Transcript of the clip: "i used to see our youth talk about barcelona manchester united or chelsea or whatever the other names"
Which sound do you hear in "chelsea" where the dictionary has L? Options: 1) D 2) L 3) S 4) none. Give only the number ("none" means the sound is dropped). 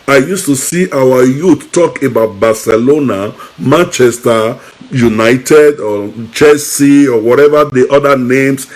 4